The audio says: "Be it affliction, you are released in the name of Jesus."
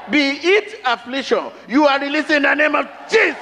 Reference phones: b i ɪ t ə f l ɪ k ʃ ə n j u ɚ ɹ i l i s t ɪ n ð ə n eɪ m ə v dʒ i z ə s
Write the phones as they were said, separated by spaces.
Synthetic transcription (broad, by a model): b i ɪ t ə f l ɪ k ʃ ə n j u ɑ ɹ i l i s ɪ n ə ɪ m ə v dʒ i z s